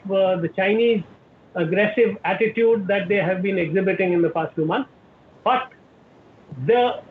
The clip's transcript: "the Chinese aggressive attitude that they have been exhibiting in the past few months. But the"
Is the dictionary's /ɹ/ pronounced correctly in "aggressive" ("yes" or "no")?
yes